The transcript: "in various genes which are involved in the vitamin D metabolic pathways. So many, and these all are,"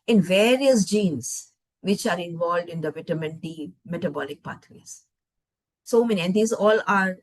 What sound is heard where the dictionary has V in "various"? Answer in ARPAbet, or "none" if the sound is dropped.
V